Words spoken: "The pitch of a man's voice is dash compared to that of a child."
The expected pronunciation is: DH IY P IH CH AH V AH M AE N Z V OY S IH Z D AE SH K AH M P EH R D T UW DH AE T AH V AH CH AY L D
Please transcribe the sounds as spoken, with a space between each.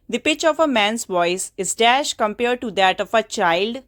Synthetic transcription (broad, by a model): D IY P IH CH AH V AH M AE N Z V OY S IH Z D AE SH K AH M P EH R D T UW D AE T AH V AH CH AY L D